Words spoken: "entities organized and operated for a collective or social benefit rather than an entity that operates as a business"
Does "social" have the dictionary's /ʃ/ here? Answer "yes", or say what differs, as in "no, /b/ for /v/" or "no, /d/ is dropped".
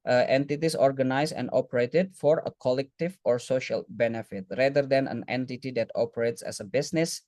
yes